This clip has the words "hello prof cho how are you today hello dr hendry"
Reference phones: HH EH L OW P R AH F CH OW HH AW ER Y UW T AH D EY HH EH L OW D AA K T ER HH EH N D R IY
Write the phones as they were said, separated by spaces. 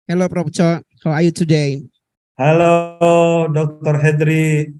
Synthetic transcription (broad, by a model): HH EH L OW P R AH P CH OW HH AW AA Y UW T AH D EY HH EH L OW D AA K T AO HH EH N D R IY